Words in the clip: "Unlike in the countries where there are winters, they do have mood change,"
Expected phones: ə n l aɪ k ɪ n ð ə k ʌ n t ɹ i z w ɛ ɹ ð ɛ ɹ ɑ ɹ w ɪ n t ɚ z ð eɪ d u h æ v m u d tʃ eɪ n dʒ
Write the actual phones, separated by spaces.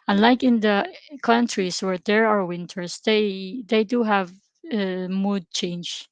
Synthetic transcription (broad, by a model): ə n l aɪ k ɪ n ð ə k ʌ n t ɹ i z w ɛ ɹ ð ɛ ɹ ɑ ɹ w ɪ n t ɚ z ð eɪ d u h æ v m u d tʃ eɪ n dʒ